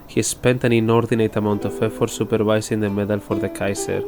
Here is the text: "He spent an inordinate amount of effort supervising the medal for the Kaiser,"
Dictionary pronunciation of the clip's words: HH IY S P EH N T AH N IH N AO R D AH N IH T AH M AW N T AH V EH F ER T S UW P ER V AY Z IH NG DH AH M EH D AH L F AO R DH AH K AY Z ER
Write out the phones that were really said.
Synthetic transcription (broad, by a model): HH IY S P EH N T AH N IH N AO R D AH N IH T AH M AW N T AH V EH F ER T S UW P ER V AY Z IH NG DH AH M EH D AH L F AO R DH AH K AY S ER